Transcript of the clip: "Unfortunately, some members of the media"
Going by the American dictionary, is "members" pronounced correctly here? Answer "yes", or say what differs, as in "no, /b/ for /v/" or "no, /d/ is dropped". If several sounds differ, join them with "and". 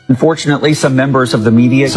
yes